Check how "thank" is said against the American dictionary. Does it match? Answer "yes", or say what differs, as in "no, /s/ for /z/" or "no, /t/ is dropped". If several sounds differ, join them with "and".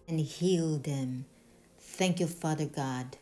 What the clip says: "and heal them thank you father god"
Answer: yes